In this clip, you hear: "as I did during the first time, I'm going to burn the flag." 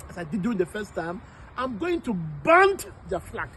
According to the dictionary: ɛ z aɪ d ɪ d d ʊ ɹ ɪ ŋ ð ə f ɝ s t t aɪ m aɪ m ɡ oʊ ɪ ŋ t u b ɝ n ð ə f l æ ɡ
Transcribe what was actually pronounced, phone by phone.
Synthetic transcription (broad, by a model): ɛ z aɪ d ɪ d d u ɪ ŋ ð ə f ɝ s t t aɪ m aɪ m ɡ oʊ ɪ ŋ t u b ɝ n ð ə f l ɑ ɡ